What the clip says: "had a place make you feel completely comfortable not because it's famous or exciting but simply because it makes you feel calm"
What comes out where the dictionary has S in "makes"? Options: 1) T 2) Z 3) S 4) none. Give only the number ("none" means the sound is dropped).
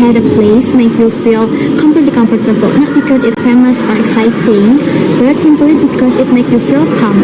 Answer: 4